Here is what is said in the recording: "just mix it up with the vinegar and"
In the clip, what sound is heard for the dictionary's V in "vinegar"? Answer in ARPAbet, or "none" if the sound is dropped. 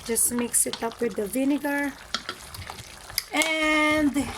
V